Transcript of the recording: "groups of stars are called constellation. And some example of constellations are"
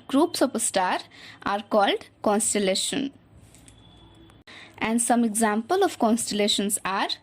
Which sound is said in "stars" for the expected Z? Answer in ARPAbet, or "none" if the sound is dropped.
none